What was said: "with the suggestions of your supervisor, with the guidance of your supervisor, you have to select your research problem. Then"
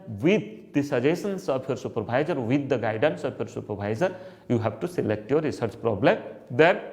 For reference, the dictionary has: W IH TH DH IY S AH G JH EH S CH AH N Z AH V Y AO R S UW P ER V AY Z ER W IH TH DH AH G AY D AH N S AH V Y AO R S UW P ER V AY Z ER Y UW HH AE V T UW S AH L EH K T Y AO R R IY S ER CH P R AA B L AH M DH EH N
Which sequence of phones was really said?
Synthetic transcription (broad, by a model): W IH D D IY S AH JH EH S AH N S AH P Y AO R S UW P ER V AY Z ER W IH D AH G AY D AH N S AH P Y AO R S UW P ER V AY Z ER Y UW HH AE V T UW S AH L EH K T Y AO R R IY S ER CH P R AA B L AH M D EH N